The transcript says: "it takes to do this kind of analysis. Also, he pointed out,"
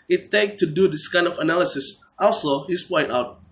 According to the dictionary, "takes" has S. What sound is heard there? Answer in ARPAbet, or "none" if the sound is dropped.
none